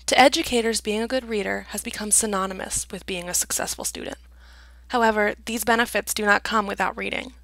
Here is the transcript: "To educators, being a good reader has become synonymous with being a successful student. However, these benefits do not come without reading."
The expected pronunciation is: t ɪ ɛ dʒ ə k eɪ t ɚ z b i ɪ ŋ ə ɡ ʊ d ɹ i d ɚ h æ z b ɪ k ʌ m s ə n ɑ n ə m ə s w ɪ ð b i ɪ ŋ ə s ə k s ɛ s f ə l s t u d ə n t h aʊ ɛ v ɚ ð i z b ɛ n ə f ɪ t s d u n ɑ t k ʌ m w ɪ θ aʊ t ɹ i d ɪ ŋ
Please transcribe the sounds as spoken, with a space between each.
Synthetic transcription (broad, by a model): t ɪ ɛ dʒ ə k eɪ t ɚ z b i ɪ ŋ ə ɡ ʊ d ɹ i d ɚ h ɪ z b ɪ k ʌ m s ə n ɑ n ə m ə s w ɪ ð b i ɪ ŋ ə s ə k s ɛ s f l s t u d n t h aʊ ɛ v ɚ ð i z b ɛ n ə f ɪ t s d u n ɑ t k ʌ m w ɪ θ aʊ t ɹ i d ɪ ŋ